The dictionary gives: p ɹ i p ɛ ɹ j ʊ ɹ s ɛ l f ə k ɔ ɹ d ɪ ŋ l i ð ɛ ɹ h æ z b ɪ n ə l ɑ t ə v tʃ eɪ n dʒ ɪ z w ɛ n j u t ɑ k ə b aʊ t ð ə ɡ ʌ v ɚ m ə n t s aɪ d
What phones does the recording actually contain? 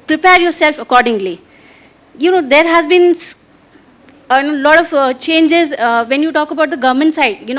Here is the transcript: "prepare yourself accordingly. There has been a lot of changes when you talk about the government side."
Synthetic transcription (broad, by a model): p ɹ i p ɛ ɹ j ʊ ɹ s ɛ l f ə k ɔ ɹ d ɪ ŋ l i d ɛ ɹ h æ z b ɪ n ə l ɑ t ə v tʃ eɪ n dʒ ɪ z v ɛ n j u t ɑ k ə b aʊ t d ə ɡ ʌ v m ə n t s aɪ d